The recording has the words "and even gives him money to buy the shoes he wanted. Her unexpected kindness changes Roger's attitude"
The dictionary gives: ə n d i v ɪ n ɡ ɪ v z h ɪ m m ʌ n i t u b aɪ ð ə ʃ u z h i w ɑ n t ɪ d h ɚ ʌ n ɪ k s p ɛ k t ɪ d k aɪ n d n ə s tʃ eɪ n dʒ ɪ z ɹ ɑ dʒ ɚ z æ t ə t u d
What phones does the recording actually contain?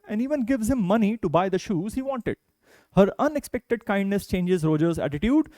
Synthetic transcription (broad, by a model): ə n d i v ɪ n ɡ ɪ v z h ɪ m m ʌ n i t u b aɪ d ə ʃ u z h i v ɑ n t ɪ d h ɚ ʌ n ɪ k s p ɛ k t ɪ d k aɪ n d n ə s tʃ eɪ n dʒ ɪ z ɹ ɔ dʒ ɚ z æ t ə t u d